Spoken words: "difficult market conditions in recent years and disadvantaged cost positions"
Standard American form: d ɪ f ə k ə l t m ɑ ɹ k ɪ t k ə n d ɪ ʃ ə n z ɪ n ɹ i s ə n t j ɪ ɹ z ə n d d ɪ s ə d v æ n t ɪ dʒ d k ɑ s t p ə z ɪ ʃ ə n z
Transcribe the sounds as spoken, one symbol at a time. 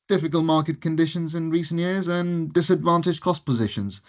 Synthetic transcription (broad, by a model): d ɪ f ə k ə l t m ɑ ɹ k ɪ t k ə n d ɪ ʃ ə n z ɪ n ɹ i s ə n t j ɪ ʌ z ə n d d ɪ s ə d v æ n t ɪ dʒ k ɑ s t p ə z ɪ ʃ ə n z